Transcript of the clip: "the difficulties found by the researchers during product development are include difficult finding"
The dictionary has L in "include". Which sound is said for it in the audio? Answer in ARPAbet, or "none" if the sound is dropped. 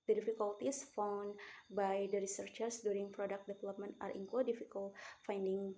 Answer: none